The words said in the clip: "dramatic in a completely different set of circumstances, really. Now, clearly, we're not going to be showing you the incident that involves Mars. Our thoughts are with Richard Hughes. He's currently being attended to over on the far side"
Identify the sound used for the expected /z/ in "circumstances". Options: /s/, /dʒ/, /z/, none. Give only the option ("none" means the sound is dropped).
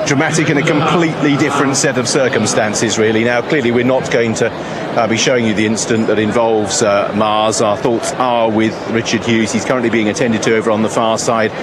/z/